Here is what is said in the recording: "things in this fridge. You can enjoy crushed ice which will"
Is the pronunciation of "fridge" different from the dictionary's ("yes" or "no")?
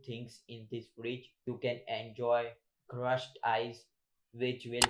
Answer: yes